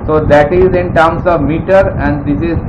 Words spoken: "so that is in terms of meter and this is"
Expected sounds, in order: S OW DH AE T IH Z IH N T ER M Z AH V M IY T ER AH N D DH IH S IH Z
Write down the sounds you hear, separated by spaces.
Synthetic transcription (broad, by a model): S OW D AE T IH Z IH N T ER M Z AH V M IY T ER AH N D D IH S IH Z